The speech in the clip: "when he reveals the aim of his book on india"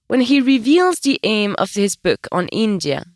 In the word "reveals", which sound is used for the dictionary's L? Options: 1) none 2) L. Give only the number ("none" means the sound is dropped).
2